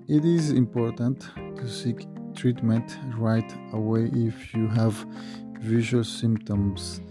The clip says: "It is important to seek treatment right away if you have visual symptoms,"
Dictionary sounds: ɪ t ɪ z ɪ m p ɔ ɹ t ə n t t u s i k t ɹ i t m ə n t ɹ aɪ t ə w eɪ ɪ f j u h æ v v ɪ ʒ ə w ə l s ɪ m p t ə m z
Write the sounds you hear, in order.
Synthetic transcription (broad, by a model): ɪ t ɪ z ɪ m p ɔ ɹ t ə n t t u s i k t ɹ i t m ə n t ɹ aɪ t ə w eɪ ɪ f j u h æ v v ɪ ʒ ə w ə l s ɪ m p t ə m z